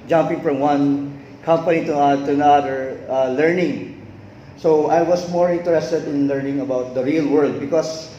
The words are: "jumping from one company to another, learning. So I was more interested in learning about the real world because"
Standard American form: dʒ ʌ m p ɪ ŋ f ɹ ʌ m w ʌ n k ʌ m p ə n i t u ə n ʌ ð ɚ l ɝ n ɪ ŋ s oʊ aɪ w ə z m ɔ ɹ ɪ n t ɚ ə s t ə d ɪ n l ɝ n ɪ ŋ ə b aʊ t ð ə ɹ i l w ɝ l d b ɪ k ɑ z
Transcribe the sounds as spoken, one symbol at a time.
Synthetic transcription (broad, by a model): dʒ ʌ m p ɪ ŋ f ɹ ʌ m w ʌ n k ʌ m p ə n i t u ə n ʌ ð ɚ l ɝ n ɪ ŋ s oʊ aɪ w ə s m ɔ ɹ ɪ n t ɚ ə s t ə d ɪ n l ɝ n ɪ ŋ ə b aʊ t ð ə ɹ i l w ɝ l d b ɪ k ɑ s